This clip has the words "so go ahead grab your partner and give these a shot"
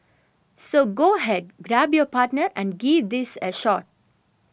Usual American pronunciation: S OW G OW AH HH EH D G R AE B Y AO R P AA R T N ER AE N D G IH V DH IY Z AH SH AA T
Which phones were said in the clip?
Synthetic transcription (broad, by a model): S OW G OW AH HH EH D G R AE B Y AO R P AA R T N ER AE N D G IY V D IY S AH SH AA T